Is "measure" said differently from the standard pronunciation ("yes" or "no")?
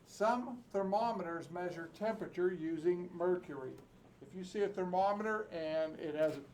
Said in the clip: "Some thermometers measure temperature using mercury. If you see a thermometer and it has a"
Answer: no